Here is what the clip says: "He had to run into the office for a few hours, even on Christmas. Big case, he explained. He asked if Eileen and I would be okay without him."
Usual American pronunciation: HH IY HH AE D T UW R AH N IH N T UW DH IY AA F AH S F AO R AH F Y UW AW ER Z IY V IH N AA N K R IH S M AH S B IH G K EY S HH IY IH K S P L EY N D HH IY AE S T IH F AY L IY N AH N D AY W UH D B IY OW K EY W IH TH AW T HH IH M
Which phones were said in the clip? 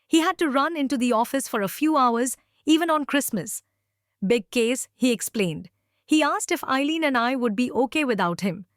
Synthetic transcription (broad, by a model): HH IY HH AE D T UW R AH N IH N T UW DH IY AA F AH S F AO R AH F Y UW AW ER Z IY V IH N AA N K R IH S M AH S B IH G K EY S HH IY IH K S P L EY N D HH IY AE S T IH F AY L IY N AH N D AY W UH D B IY OW K EY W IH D AW T HH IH M